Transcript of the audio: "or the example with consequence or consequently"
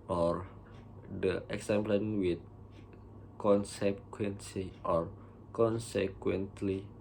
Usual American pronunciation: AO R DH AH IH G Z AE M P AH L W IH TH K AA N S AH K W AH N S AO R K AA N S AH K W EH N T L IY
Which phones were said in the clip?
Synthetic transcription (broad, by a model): AO R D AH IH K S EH M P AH N W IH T K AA N S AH K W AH N S AO R K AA N S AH K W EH N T L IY